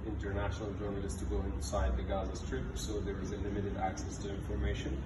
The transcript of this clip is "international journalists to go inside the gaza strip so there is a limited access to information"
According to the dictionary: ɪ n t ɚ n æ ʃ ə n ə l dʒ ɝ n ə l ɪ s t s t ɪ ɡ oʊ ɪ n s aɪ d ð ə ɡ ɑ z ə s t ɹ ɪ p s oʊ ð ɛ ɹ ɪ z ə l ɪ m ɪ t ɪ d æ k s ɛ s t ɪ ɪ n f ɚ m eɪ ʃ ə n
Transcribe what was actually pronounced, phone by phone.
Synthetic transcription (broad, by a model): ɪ n t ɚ n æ ʃ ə n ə l dʒ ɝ n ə l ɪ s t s t ɪ ɡ oʊ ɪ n s aɪ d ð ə ɡ ɑ z ə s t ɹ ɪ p s oʊ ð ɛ ɹ ɪ z ə l ɪ m ɪ t ɪ d æ k s ɛ s t ɪ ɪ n f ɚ m eɪ ʃ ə n